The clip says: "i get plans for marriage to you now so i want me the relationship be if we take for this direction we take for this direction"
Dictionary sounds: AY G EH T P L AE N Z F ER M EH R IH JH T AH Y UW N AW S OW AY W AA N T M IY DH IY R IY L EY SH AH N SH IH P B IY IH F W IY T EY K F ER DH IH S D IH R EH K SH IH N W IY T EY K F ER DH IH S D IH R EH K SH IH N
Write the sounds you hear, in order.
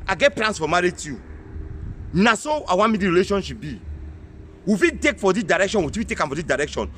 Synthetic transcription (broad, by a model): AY G EH T P L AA N S F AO M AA R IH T Y UW N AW S OW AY W AA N M IY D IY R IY L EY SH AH N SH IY P B IY IH F IY T EY K F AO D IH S D IH R EH K SH IH N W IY T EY K F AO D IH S D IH R EH K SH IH N